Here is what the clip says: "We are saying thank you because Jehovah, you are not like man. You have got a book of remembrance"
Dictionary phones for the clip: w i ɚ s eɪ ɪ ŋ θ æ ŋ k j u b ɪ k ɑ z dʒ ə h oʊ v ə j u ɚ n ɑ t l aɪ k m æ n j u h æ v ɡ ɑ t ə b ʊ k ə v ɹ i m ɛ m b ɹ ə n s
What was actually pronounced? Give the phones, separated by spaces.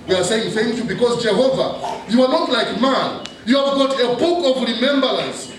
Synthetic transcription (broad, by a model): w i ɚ s eɪ ɪ ŋ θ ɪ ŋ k j u b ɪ k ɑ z dʒ ə h oʊ v ə j u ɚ n ɑ t l aɪ k m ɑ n j u h æ v ɡ ɑ t ə b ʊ k ə v ɹ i m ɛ m b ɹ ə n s